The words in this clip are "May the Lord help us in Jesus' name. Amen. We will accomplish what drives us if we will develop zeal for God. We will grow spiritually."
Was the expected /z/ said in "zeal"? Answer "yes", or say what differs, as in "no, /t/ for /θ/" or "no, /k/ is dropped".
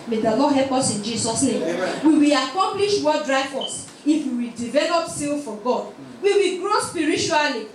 no, /s/ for /z/